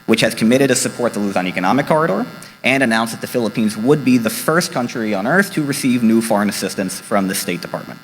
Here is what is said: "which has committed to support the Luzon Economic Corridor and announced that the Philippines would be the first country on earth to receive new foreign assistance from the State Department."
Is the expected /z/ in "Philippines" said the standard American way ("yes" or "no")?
yes